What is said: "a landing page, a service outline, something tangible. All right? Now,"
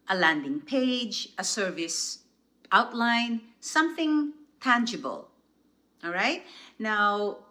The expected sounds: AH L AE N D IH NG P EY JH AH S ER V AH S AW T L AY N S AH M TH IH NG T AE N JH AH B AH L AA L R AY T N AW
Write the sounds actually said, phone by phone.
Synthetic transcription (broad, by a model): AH L AE N D IH NG P EY JH AH S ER V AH S AW T L AY N S AH M TH IH NG T AE N JH AH B AH L AA L R AY T N AW